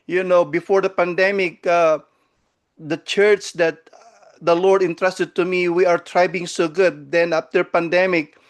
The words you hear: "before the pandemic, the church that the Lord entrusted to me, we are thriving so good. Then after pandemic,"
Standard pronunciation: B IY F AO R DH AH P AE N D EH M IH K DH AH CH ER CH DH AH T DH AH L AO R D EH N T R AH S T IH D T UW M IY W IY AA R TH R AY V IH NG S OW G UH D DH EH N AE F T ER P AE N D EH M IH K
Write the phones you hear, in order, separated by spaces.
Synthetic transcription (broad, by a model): B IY F AO R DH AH P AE N D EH M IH K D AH CH ER CH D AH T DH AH L AO R D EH N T R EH S T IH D T UW M IY W IY AA R T R AY B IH NG S OW G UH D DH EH N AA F T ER P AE N D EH M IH K